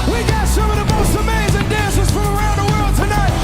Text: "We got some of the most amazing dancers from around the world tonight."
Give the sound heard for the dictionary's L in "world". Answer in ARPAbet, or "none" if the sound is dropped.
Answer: L